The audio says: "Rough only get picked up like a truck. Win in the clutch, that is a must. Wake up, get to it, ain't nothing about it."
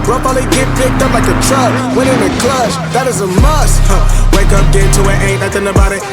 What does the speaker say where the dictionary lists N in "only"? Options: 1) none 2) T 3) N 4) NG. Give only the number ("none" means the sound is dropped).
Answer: 1